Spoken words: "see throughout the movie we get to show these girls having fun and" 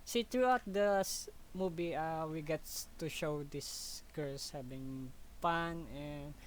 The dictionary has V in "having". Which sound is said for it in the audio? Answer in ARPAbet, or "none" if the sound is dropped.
B